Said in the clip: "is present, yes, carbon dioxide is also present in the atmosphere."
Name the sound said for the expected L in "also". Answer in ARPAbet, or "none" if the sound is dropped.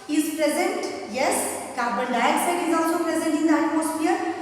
L